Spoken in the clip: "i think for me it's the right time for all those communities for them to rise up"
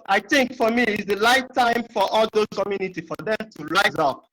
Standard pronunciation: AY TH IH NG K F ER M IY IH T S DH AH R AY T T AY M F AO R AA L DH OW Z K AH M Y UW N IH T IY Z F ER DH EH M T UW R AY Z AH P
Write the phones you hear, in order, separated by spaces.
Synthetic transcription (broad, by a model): AY TH IH NG K F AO M IY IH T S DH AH L AY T T AY M F AO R AA L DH OW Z K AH M Y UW N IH T IY F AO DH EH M T UW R AY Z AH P